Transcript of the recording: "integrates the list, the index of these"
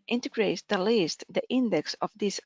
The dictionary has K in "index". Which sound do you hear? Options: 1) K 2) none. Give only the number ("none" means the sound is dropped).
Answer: 1